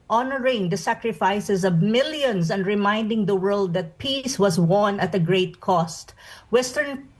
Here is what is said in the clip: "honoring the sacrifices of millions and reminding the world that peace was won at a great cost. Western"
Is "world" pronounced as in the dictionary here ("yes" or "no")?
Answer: yes